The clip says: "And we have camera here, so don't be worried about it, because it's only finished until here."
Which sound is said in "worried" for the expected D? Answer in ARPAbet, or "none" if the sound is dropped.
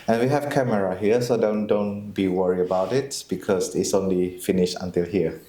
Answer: none